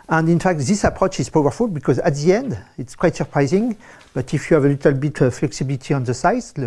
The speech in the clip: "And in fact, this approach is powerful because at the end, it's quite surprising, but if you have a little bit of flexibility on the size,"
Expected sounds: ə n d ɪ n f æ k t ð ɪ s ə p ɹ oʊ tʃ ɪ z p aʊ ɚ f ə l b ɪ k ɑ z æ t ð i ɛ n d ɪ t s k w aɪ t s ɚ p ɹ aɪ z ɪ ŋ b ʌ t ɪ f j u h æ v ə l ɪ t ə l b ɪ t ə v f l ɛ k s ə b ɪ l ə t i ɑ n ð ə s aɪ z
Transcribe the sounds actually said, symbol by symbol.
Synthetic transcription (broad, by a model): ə n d ɪ n f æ k t ð ɪ s ə p ɹ oʊ tʃ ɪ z p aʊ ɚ f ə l b ɪ k ɑ z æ t ð i ɛ n d ɪ t s k w aɪ t s ɚ p ɹ aɪ z ɪ ŋ b ʌ t ɪ f j u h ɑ v ə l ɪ t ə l b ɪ t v f l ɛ k s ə b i l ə t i ɑ n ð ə s aɪ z